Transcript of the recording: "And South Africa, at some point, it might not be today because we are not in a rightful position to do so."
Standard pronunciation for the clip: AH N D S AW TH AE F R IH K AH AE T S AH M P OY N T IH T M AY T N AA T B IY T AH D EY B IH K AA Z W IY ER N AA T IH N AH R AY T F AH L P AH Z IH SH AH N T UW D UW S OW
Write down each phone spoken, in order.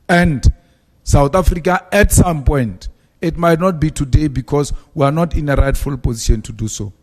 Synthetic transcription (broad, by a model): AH N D S AW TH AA F R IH K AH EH T S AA M P OY N T IH T M AY T N AA T B IY T AH D EY B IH K AA S W IY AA N AA T IH N AH R AY T F AH L P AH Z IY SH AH N T UW D UW S OW